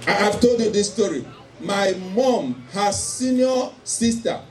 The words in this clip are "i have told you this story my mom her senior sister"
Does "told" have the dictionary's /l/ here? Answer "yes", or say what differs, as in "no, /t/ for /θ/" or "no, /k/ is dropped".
yes